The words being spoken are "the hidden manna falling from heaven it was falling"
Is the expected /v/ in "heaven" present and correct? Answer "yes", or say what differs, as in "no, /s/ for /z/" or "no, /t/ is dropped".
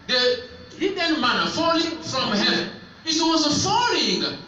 no, /v/ is dropped